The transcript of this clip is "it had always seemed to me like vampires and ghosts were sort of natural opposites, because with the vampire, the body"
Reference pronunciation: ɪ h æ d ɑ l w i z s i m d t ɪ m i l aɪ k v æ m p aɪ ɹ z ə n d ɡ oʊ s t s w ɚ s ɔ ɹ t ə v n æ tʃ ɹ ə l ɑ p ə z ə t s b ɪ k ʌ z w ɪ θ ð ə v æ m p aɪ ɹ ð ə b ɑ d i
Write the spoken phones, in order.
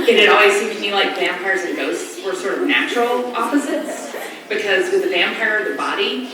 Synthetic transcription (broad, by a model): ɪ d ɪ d ɑ l w i z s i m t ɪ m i l aɪ k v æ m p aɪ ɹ z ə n ɡ oʊ s t s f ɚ s ɔ ɹ t ə v n æ tʃ ɹ l ɑ p ə z ə t s b ɪ k ʌ z w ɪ ð ə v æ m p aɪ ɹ ð ə b ɑ d i